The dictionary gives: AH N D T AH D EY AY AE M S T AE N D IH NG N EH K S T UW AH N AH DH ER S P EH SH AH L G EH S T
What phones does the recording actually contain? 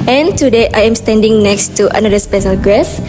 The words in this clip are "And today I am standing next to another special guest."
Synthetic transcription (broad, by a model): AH N T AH D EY AY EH M S T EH N D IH NG N EH K S T UW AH N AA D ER S P EH SH AH L G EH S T